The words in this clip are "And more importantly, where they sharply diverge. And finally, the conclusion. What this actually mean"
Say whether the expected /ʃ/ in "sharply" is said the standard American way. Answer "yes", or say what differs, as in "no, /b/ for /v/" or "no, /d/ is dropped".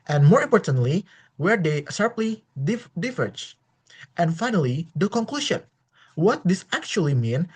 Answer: no, /s/ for /ʃ/